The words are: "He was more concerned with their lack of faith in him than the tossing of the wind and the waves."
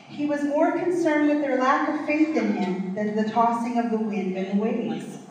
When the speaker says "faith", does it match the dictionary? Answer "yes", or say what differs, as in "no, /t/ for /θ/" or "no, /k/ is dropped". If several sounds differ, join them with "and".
yes